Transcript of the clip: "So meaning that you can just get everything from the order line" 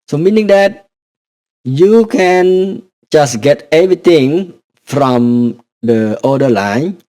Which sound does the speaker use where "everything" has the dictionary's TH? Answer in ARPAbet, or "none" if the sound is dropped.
T